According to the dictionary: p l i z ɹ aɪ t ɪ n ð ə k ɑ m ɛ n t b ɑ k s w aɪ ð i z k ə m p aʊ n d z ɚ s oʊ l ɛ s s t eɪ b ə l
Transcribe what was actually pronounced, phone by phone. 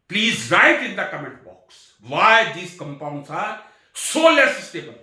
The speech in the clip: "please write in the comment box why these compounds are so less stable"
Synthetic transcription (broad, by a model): p l i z ɹ aɪ t ɪ n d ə k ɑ m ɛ n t b ɑ k s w aɪ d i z k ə m p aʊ n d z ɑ s oʊ l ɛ s s t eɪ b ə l